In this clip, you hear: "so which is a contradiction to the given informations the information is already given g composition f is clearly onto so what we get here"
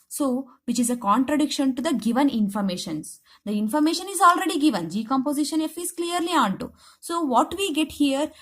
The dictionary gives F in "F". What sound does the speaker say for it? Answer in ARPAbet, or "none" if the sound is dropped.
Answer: F